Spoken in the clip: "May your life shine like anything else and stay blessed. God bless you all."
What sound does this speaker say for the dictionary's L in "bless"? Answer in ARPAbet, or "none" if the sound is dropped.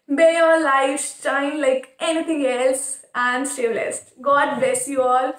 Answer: none